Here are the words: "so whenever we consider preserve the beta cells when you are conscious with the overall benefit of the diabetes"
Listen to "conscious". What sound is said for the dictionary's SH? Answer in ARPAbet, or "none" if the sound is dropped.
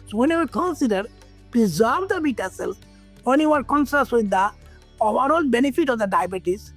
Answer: S